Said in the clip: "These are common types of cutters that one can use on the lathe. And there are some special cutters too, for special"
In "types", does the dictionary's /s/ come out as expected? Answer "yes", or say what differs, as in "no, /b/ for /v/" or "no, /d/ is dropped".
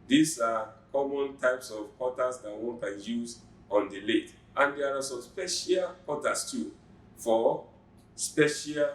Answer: yes